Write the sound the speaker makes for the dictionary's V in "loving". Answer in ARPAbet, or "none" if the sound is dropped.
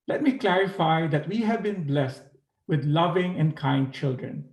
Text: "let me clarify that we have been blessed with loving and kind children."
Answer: V